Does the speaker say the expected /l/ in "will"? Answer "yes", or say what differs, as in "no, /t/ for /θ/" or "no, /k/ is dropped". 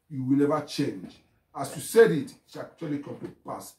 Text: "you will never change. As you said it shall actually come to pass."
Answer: yes